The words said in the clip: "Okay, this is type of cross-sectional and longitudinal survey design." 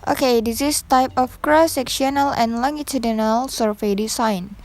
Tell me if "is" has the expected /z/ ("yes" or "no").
no